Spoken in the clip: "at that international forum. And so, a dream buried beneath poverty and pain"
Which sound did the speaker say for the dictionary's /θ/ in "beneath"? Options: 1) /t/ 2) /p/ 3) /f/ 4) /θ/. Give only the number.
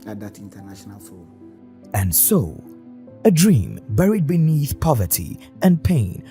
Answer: 4